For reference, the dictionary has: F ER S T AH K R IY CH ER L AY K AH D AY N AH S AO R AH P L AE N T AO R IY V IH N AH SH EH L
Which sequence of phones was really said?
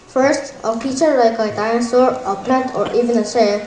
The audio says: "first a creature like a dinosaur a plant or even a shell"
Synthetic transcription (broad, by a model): F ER S T AH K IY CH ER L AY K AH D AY AH S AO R AH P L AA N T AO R IY V IH N AH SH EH